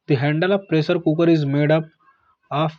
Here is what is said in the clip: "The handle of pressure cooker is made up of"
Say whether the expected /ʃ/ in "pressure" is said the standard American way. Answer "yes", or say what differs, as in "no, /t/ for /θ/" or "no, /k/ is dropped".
no, /s/ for /ʃ/